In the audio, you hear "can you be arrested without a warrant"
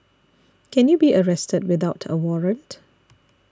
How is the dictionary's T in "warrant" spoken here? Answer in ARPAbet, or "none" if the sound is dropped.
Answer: T